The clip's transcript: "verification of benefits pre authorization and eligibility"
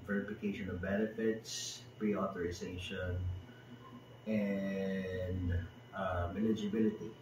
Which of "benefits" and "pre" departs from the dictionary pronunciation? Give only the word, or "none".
none